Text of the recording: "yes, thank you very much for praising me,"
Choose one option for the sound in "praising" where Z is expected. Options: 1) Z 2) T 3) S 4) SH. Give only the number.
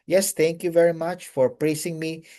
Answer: 3